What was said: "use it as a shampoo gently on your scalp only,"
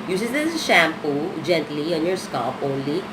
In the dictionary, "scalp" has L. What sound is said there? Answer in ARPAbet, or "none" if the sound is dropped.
none